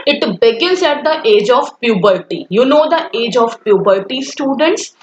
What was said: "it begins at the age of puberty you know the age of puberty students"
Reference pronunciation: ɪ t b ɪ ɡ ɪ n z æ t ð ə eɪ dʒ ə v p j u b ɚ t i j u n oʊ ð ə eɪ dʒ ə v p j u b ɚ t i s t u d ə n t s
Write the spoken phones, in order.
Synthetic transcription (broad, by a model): ɪ t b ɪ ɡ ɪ z æ t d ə eɪ dʒ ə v p j u b ɚ t i j u n oʊ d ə eɪ dʒ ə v p j u b ɚ t i s t u d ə n t s